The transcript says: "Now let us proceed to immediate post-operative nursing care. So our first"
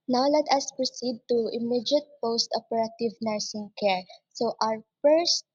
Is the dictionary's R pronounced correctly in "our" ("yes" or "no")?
yes